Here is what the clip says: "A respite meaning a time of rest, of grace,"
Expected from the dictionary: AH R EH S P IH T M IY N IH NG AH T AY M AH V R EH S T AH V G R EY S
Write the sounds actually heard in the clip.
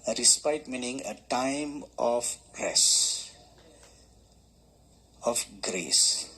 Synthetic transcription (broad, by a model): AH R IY S P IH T M IY N IH NG AH T AY M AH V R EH S AH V G R EY S